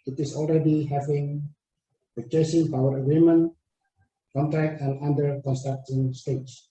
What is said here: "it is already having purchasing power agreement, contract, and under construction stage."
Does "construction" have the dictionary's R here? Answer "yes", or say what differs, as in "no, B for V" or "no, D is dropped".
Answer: no, R is dropped